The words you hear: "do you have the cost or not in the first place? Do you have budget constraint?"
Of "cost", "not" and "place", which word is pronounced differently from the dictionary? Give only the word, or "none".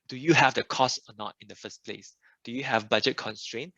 none